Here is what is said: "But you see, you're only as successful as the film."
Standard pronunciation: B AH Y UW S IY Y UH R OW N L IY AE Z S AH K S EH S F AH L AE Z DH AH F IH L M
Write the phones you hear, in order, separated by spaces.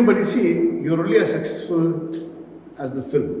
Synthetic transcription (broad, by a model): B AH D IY S IY Y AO R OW L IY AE S AH K S EH S F AH L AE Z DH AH F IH L M